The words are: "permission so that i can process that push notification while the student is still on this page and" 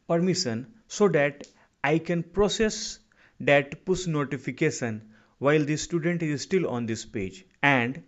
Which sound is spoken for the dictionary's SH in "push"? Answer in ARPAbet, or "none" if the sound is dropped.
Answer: S